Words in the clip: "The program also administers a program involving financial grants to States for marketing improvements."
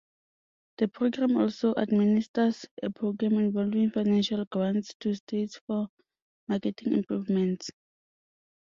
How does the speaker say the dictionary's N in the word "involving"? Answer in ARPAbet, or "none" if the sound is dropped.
N